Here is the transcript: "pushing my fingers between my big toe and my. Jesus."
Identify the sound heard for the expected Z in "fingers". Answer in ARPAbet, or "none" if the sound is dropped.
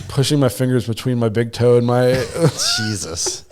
Z